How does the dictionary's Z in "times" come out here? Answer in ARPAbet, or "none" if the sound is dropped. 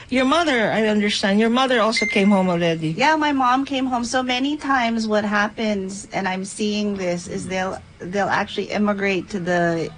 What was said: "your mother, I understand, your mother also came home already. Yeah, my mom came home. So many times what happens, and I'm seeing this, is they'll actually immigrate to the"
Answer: Z